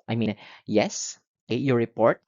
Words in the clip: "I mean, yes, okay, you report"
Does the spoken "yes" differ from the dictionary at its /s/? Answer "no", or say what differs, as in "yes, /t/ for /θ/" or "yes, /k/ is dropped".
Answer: no